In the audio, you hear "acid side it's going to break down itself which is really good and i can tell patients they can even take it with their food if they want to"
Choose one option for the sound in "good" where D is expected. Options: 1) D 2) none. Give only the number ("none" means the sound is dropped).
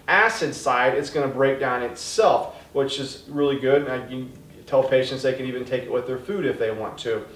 1